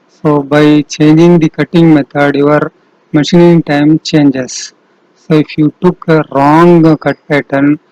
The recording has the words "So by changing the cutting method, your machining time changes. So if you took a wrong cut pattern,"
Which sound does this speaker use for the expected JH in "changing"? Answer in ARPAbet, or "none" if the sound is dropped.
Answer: JH